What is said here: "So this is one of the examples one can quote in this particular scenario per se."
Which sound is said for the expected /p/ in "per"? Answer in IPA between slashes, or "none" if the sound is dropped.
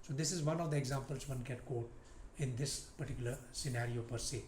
/p/